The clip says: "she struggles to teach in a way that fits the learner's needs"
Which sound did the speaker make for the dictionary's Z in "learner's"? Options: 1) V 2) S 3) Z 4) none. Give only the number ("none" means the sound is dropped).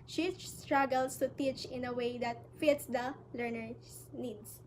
2